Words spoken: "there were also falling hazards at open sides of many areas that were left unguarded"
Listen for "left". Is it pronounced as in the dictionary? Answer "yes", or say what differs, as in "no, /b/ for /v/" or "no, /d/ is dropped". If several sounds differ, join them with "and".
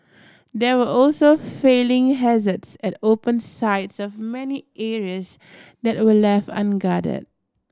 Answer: no, /t/ is dropped